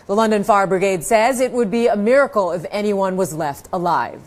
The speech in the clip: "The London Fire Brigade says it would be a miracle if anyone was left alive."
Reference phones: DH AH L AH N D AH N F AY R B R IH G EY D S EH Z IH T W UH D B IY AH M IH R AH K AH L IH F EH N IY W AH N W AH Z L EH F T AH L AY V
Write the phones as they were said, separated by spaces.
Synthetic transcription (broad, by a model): DH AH L AH N D AH N F AY R B R IH G EY D S EH Z IH T W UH D B IY AH M IH R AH K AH L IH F EH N IY W AH N W AH Z L EH F T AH L AY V